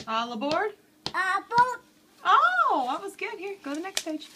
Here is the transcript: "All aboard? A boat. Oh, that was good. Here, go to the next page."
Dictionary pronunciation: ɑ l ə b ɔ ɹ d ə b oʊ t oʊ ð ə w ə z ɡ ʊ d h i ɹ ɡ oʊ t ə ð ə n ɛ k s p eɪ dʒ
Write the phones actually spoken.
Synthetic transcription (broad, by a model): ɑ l ə b ɔ ɹ d ə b oʊ oʊ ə w ə z ɡ ʊ d h i ɹ ɡ oʊ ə ð ə n ɛ k s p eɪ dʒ